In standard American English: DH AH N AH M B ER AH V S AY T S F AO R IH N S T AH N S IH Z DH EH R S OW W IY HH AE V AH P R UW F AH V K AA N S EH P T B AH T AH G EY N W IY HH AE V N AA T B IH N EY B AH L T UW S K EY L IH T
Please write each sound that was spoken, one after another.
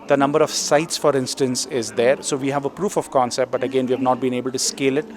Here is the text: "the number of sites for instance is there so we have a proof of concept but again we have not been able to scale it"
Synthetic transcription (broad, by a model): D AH N AH M B ER AH V S AY T S F AO R IH N S T AH N S IH Z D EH R S OW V IY HH AE V AH P R UW F AH V K AA N S EH P T B AH T AH G EY N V IY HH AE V N AA T B IH N EY B AH L T UW S K EY L IH T